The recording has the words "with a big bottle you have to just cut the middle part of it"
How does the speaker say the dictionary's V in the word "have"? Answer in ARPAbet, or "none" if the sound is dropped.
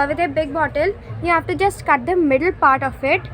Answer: F